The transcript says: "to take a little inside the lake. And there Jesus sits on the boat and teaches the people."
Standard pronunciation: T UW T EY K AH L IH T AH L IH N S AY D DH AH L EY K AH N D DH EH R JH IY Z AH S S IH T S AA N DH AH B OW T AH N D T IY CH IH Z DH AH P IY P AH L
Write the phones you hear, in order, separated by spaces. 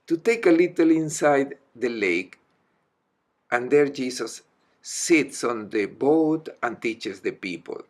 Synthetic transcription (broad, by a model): T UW T EY K AH L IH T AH L IH N S AY D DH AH L EY K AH N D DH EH R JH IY S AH S S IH T S AA N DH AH B OW T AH N T IY CH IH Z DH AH P IY P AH L